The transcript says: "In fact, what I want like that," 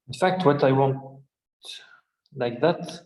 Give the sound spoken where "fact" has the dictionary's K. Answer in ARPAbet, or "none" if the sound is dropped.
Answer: K